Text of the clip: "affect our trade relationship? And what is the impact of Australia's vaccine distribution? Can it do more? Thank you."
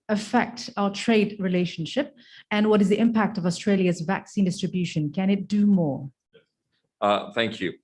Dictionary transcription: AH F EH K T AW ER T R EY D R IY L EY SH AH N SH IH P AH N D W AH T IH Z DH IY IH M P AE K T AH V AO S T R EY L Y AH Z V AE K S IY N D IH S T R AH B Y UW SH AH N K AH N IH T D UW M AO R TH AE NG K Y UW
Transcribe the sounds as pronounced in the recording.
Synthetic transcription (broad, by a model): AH F EH K T AW ER T R EY D R IY L EY SH AH N SH IH P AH N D W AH T IH Z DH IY IH M P AE K T AH V AO S T R EY L Y AH Z V AE K S IY N D IH S T R AH B Y UW SH AH N K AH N IH T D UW M AO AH TH AE NG K Y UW